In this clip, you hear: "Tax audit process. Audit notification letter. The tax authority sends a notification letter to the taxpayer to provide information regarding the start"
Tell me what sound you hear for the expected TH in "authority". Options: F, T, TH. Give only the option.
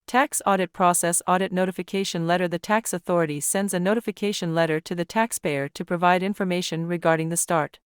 TH